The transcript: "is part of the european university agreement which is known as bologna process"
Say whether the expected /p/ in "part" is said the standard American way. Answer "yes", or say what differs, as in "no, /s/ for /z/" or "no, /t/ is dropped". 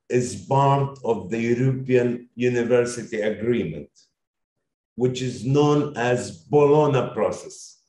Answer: no, /b/ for /p/